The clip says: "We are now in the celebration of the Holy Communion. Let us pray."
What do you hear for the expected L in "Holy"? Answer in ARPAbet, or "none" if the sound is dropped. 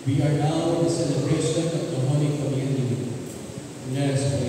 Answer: N